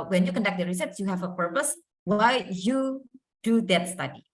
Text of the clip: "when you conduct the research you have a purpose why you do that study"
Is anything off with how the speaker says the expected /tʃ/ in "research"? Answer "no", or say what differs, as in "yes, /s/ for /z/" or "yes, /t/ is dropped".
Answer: yes, /s/ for /tʃ/